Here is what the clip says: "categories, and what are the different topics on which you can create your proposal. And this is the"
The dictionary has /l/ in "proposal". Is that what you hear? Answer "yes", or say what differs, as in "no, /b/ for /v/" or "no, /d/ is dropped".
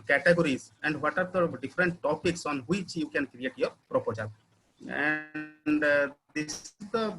no, /n/ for /l/